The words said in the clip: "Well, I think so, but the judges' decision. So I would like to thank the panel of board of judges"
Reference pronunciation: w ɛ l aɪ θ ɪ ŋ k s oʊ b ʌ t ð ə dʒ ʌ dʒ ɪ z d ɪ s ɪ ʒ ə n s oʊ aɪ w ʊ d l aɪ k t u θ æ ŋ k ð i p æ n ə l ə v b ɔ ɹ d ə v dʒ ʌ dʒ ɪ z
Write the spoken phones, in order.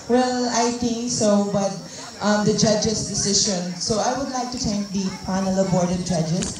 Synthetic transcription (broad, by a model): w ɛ l aɪ t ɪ ŋ k s oʊ b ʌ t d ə dʒ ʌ dʒ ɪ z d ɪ s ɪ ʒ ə n s oʊ aɪ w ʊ d l aɪ k t u t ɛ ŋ k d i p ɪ n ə l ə b ɔ ɹ d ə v dʒ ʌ dʒ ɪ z